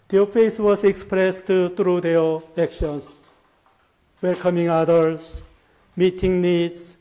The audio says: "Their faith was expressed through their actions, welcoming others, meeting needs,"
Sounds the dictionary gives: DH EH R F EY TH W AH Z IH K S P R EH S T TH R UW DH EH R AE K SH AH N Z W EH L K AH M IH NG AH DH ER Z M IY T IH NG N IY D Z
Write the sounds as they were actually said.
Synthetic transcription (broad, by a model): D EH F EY S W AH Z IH K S P R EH S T T R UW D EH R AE K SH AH N S W EH L K AH M IH NG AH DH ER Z M IY T IH NG N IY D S